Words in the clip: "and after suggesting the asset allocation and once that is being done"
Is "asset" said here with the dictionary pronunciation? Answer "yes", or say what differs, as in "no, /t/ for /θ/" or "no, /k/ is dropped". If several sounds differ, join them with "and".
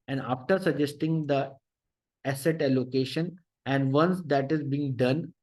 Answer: yes